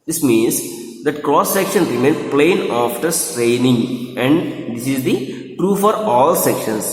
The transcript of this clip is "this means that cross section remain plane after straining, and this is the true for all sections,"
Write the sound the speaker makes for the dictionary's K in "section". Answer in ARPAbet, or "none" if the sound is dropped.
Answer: K